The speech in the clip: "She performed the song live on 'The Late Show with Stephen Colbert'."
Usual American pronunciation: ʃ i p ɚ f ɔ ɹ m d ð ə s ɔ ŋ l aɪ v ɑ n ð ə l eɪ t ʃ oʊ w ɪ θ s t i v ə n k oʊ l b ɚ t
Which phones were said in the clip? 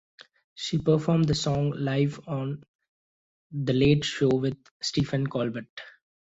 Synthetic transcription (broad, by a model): ʃ i p ɚ f ɔ ɹ m d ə s ɔ ŋ l aɪ v ɑ n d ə l eɪ t ʃ oʊ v ɪ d s t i f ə n k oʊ l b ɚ t